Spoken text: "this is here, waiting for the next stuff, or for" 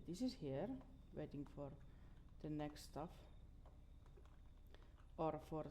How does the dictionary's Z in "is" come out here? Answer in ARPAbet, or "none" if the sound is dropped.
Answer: S